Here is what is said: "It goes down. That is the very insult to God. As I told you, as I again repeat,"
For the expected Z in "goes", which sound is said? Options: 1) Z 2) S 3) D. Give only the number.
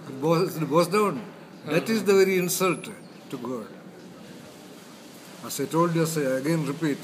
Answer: 2